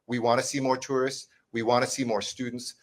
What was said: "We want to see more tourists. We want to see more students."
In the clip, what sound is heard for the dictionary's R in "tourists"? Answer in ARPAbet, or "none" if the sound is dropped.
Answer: R